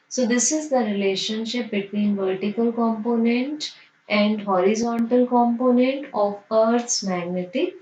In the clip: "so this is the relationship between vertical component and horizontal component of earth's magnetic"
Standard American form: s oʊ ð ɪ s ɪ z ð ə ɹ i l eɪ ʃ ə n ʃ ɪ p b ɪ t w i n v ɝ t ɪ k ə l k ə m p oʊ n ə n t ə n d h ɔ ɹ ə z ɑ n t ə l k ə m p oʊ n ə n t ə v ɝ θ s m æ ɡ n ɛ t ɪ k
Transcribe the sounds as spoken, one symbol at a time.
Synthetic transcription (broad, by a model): s oʊ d ɪ s ɪ z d ə ɹ i l eɪ ʃ ə n ʃ ɪ p b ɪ t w i n v ɝ t ɪ k ə l k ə m p oʊ n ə n t ə n d h ɔ ɹ ə z ɑ n t ə l k ə m p oʊ n ə n t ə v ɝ t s m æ ɡ n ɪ t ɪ